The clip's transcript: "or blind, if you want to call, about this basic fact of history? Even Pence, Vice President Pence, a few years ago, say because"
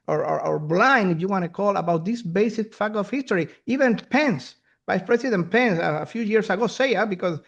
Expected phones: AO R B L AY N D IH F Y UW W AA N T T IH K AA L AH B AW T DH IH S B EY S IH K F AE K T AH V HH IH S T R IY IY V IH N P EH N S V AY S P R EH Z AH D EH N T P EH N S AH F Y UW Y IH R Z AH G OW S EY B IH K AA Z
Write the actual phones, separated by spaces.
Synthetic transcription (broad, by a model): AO R B L AY N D IH F Y UW W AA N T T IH K AA L AH B AW T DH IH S B EY S IH K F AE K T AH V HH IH S T R IY IY V IH N P EH N S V AY S P R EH S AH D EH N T P EH N S AH F Y UW Y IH R S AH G OW S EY B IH K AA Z